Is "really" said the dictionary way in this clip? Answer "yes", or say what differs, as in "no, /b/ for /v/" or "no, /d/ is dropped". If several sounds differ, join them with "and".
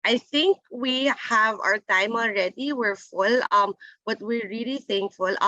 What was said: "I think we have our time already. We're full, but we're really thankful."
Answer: yes